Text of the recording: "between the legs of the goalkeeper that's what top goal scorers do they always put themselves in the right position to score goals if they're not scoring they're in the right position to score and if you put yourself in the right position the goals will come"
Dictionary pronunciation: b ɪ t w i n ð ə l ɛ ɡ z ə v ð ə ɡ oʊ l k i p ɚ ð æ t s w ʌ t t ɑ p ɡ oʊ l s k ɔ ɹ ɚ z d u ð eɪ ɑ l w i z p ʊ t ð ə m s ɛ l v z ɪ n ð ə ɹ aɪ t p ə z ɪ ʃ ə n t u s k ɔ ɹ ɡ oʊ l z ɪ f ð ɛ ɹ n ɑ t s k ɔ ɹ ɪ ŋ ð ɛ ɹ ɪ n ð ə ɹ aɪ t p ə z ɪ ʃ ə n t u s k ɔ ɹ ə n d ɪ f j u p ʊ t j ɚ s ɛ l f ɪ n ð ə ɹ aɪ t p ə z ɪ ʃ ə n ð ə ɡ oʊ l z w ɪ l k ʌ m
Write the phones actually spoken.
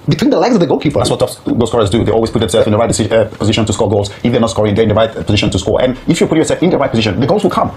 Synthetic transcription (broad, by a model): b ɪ t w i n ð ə l ɛ ɡ z ə v ð ə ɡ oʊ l k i p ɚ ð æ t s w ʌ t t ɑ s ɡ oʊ s k ɔ ɹ ɚ z d u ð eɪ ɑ l w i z p ʊ t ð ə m s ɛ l z ɪ n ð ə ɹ aɪ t p ə z ɪ ʃ ə n t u s k ɔ ɹ ɡ oʊ l z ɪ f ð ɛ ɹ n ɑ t s k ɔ ɹ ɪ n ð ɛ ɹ ɪ n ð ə ɹ aɪ t p ə z ɪ ʃ ə n t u s k ɔ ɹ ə n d ɪ f j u p ʊ t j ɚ s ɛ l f ɪ n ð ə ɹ aɪ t p ə z ɪ ʃ ə n ð ə ɡ oʊ l z w ɪ l k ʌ m